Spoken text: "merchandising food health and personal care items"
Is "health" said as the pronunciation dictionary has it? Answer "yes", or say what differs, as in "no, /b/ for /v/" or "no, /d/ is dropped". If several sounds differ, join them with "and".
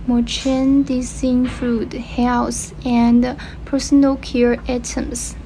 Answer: no, /s/ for /θ/